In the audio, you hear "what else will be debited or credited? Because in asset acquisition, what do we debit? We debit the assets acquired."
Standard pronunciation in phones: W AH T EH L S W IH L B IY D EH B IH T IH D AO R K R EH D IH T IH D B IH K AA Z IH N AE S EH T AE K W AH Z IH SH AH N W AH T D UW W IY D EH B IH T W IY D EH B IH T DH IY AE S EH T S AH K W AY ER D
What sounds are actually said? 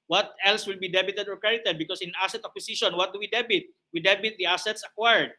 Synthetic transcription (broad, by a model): W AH T EH L S W IH L B IY D EH B IH T IH D AO R K R EH D IH T IH D B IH K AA S IH N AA S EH T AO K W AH S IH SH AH N W AH T D UW W IY D EH B IH T W IY D EH B IH T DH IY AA S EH T S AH K W AY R D